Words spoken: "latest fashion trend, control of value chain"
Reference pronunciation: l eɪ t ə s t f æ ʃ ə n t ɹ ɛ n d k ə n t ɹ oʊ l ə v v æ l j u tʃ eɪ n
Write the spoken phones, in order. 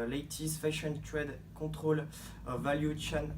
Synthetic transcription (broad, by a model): l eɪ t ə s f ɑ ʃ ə n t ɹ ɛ d k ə t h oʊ l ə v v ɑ l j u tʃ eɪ n